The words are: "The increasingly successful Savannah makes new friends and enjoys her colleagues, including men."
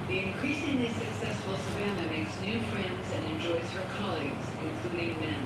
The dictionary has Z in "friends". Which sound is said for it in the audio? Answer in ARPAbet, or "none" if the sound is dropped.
Z